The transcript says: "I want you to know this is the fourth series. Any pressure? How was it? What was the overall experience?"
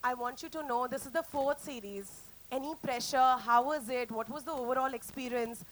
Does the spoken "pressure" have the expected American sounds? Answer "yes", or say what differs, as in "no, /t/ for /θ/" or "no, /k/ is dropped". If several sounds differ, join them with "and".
yes